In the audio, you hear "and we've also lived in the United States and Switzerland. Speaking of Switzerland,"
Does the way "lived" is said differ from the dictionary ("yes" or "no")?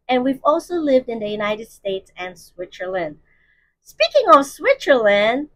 no